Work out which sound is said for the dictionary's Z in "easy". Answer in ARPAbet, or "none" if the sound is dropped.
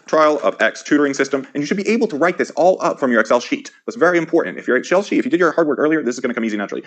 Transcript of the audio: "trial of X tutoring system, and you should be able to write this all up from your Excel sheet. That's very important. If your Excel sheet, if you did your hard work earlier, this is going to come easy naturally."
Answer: Z